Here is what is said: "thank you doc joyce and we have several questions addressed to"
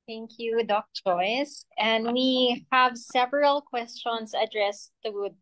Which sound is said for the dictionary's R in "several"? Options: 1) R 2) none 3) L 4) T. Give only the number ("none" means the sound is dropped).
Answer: 1